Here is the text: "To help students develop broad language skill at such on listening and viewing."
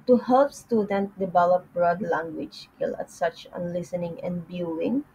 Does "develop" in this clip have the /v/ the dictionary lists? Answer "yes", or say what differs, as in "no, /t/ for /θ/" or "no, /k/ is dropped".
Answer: no, /b/ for /v/